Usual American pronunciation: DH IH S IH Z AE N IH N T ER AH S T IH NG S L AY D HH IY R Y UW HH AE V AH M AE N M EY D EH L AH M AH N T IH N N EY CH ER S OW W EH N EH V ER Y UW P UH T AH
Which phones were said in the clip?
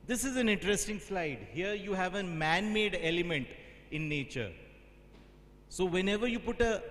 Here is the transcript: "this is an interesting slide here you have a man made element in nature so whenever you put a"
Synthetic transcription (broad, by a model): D IH S IH Z AE N IH N T ER AH S T IH NG S L AY D HH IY R Y UW HH AE V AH M AE N M EY D EH L AH M AH N T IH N N EY CH ER S OW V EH N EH V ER Y UW P UH T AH